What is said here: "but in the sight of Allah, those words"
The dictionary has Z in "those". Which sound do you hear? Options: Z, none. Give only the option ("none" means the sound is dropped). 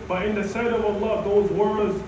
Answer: Z